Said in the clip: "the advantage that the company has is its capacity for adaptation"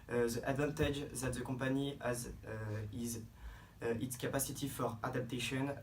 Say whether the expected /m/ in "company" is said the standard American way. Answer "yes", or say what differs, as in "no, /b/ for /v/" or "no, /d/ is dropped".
no, /m/ is dropped